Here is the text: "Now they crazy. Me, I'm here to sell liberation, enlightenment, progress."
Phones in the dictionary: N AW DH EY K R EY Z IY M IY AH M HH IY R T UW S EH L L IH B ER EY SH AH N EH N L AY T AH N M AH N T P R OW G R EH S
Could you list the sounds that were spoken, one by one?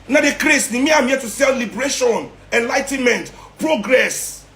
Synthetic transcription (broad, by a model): N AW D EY K R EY S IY M IY AH M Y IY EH T UW S EH L L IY B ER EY SH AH N EH N L AY T AH N M AH N T P R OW G R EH S